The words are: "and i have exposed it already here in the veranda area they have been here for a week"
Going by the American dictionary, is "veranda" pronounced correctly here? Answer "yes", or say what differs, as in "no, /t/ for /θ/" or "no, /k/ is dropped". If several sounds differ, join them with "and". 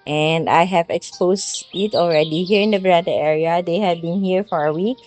no, /b/ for /v/ and /n/ is dropped